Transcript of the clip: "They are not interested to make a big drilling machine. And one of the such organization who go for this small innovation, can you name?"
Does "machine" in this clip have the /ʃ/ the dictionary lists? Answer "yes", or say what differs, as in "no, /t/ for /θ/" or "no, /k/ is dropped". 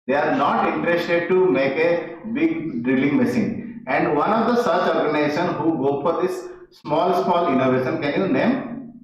no, /s/ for /ʃ/